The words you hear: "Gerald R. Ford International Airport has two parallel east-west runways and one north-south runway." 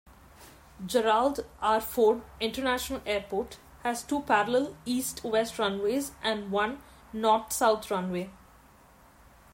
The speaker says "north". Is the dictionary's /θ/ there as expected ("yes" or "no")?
no